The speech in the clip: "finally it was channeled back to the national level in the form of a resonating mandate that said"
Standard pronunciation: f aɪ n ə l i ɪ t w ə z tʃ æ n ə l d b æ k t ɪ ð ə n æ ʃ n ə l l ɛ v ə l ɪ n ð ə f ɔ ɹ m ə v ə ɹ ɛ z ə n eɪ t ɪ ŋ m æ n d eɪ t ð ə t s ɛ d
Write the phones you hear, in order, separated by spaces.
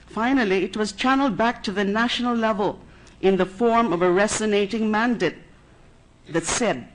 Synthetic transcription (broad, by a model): f aɪ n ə l i ɪ t w ə z tʃ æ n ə l d b æ k t ɪ ð ə n æ ʃ n ə l l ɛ v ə l ɪ n ð ə f ɔ ɹ m ə v ə ɹ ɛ s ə n eɪ t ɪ ŋ m æ n d eɪ t ð ə t s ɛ d